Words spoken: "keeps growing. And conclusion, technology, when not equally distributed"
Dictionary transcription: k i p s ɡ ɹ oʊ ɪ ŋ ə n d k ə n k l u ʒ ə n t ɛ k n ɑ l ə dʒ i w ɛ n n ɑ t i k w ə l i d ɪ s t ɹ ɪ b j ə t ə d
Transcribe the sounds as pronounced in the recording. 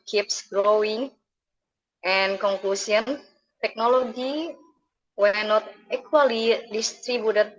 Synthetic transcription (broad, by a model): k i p s ɡ ɹ oʊ ɪ ŋ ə n k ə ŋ k l u s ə n t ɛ k n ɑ l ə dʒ i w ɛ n n ɑ t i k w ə l i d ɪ s t ɹ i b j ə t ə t